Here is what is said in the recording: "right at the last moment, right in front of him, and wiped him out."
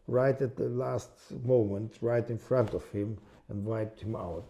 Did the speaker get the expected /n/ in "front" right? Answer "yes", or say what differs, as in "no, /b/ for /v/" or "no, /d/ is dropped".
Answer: yes